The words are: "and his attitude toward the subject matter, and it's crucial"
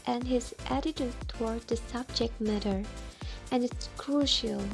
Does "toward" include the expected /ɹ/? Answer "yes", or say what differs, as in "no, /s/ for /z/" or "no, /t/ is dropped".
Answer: yes